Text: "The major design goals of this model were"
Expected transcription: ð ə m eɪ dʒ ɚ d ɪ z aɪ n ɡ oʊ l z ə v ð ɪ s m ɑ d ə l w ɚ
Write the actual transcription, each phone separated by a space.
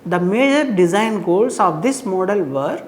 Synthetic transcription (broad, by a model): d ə m eɪ dʒ ɚ d ɪ z aɪ n ɡ oʊ l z ə v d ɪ s m ɑ d ə l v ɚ